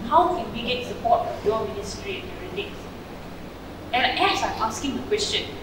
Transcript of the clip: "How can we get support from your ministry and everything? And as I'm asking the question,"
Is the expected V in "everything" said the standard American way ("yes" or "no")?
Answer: no